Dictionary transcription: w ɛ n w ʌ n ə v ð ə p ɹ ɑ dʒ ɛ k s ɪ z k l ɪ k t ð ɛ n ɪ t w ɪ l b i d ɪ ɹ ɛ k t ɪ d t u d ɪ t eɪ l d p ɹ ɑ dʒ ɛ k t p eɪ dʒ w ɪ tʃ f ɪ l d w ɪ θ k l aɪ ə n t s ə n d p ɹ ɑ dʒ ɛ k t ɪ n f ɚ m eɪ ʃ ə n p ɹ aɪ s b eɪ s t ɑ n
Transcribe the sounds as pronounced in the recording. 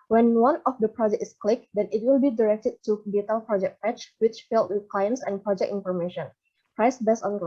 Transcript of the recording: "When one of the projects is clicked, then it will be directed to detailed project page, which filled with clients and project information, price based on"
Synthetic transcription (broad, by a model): w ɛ n w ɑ n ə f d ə p ɹ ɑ dʒ ɛ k ɪ s k l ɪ k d ɛ n ɪ t w ɪ l b i d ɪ ɹ ɛ k t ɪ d t u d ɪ t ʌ l p ɹ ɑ dʒ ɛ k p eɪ tʃ w ɪ tʃ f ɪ l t w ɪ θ k l aɪ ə n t s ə n p ɹ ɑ dʒ ɛ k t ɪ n f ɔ m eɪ ʃ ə n p ɹ aɪ s b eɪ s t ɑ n